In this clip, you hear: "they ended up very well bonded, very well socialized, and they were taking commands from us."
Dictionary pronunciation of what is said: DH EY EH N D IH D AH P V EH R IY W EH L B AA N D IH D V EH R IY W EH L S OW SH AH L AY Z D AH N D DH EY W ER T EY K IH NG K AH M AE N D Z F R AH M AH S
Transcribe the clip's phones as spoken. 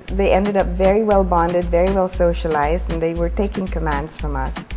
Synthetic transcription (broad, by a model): DH EY EH N D IH D AH P V EH R IY W EH L B AA N D IH D V EH R IY W EH L S OW SH AH L AY Z D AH N DH EY W ER T EY K IH NG K AH M AE N D Z F R AH M AH S